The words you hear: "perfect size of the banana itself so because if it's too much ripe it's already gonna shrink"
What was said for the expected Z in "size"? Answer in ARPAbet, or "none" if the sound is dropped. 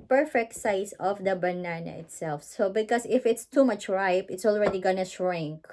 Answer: S